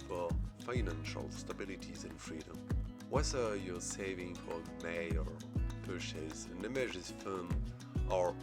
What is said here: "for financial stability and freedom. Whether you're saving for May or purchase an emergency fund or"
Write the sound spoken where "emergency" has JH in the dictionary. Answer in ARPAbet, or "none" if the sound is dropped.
ZH